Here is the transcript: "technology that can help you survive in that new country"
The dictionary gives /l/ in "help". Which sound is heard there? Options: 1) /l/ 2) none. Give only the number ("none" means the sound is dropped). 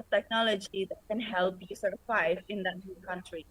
1